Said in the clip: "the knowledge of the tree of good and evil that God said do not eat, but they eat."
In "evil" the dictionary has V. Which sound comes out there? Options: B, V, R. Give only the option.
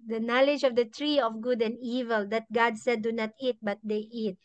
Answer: V